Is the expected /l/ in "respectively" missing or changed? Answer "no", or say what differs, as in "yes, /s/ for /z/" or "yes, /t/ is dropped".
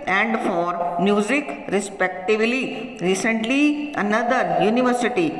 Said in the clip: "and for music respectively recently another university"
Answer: no